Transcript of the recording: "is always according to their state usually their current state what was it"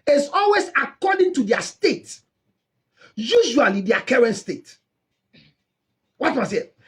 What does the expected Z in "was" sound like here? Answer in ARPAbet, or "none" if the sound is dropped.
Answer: S